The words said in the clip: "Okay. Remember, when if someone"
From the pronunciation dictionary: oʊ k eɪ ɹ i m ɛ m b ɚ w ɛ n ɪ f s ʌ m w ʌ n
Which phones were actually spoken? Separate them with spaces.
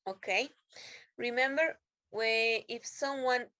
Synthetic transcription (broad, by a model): oʊ k eɪ ɹ i m ɛ m b ɚ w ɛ ɪ f s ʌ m w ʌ n